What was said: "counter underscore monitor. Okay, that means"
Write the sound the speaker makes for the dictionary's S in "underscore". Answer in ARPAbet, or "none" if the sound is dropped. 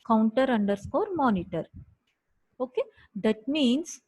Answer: S